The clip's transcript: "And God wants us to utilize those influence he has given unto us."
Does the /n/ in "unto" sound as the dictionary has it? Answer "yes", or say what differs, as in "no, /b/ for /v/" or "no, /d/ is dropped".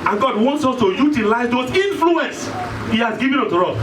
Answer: no, /n/ is dropped